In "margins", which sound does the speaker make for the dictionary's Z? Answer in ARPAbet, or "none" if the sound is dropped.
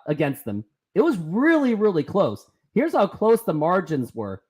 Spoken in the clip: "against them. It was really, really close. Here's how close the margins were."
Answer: Z